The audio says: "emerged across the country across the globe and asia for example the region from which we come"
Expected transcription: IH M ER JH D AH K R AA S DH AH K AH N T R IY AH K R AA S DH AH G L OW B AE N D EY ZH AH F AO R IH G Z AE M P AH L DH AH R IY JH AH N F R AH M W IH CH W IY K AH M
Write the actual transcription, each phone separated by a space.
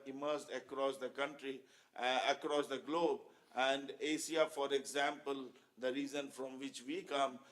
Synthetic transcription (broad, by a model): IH M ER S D AH K R AA S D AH K AH N T R IY AH K R AA S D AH G L OW B AE N D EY S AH F AO R IH G Z AE M P AH L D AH R IY Z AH N F R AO M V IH CH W IY K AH M